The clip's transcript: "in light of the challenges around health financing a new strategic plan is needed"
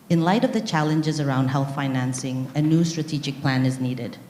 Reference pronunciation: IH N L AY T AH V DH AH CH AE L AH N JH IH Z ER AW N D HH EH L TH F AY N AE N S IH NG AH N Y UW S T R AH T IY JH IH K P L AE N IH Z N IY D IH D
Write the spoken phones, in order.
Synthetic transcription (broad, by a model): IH N L AY T AH V DH AH CH AE L AH N JH IH Z ER AW N D HH EH L TH F AY N AE N S IH NG AH N Y UW S T R AH T IY JH IH K P L AE N IH Z N IY D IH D